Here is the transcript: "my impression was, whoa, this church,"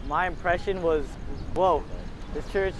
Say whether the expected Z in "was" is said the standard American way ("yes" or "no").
yes